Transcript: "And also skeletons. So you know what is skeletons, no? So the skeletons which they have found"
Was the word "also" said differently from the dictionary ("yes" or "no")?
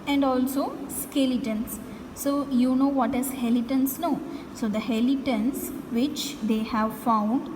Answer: no